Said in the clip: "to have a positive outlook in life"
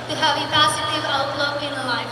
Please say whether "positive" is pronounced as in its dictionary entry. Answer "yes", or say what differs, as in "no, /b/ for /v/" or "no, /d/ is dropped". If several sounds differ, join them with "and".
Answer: no, /s/ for /z/